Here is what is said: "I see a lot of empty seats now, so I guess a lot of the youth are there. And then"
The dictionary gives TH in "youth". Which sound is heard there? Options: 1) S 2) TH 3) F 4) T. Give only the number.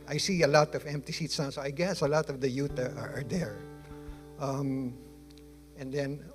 4